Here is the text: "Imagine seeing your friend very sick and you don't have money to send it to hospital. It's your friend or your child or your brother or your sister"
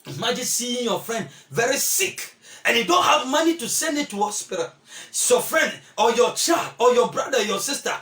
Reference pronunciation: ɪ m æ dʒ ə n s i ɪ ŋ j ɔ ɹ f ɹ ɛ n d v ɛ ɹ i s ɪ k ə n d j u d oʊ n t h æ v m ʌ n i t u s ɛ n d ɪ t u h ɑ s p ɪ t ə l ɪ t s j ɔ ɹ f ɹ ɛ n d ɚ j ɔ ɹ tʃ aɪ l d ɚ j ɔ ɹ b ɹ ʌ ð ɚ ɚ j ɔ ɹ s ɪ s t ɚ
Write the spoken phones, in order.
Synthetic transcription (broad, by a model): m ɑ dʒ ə s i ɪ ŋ j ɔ f ɹ ɛ n d v ɛ ɹ i s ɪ k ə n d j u d oʊ n t h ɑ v m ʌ n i t u s ɛ n d ɪ t u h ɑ s p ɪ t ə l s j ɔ f ɹ ɛ n d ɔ j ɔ tʃ aɪ l d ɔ j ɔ b ɹ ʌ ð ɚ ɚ j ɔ s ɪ s t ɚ